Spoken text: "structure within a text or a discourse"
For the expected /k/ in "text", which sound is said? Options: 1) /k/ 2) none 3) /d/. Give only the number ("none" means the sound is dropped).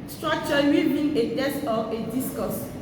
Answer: 2